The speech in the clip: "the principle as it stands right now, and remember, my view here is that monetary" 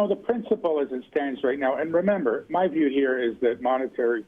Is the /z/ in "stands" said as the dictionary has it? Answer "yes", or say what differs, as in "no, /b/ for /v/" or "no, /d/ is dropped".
yes